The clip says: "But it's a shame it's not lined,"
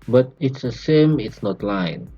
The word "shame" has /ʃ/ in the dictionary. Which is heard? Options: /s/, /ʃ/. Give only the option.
/s/